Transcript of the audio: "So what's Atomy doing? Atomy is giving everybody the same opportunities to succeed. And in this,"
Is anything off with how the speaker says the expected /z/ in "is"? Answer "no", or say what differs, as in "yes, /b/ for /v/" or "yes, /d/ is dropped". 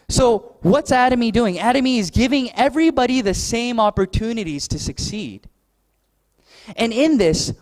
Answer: no